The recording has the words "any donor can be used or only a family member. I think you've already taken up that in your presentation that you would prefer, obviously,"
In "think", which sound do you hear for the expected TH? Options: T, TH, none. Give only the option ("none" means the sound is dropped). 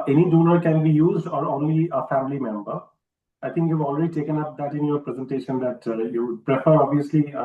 T